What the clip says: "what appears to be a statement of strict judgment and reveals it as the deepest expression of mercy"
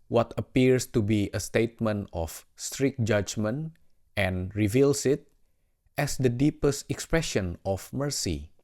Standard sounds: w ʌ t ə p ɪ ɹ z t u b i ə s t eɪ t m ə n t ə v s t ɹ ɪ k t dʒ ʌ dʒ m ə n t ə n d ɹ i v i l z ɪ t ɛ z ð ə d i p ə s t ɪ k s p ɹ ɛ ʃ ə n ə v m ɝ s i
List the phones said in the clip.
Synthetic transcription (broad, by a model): w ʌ t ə p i ɹ s t u b i ə s t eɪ t m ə n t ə f s t ɹ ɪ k dʒ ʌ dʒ m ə n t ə n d ɹ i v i l s ɪ t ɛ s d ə d i p ə s t ɪ k s p ɹ ɛ ʃ ə n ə f m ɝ s i